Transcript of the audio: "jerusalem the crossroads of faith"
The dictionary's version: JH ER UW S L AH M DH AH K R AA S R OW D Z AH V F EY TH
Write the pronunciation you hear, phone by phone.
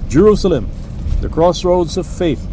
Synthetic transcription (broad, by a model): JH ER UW S L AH M DH AH K R AA S R OW D Z AH V F EY TH